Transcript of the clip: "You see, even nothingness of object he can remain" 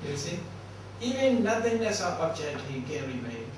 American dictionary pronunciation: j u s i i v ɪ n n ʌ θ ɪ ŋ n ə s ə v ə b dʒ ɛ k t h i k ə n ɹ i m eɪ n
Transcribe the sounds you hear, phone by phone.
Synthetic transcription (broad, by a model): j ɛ s i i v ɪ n n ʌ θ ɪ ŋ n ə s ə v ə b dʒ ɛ t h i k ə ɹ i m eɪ